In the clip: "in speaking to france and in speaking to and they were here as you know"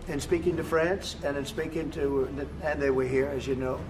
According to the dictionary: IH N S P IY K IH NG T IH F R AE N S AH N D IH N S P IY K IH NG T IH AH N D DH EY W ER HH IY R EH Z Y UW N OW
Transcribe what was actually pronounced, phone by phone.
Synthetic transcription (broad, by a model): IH N S P IY K IH NG T IH F R AE N S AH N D IH N S P IY K IH NG T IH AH N DH EY W ER HH IY R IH Z Y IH N OW